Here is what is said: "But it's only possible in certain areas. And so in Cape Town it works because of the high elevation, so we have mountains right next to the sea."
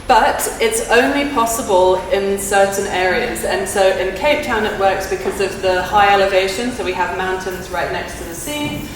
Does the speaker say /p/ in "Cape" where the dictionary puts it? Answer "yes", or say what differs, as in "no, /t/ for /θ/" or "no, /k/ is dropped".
yes